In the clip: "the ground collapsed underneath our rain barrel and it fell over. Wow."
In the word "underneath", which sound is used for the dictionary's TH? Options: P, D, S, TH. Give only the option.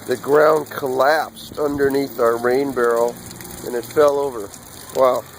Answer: TH